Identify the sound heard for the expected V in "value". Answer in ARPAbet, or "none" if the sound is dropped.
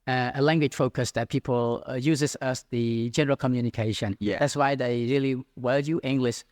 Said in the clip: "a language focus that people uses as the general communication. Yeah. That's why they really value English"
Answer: W